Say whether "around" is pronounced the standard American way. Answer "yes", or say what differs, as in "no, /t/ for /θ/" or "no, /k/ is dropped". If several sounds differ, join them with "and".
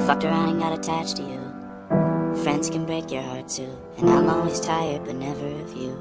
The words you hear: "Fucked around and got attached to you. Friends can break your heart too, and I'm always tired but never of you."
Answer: no, /n/ is dropped